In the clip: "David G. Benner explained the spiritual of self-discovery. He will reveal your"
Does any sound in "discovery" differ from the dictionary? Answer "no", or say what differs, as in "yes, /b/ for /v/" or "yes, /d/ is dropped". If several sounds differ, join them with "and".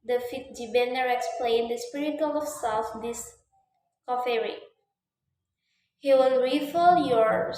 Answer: yes, /f/ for /v/